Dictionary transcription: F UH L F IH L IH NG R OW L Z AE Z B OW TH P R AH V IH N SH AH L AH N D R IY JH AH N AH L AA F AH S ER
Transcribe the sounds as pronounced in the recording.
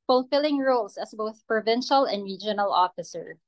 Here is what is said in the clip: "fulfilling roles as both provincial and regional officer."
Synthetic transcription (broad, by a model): F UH L F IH L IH NG R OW L S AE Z B OW TH P R AH V IH N SH AH L AH N D R IY JH AH N AH L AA F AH S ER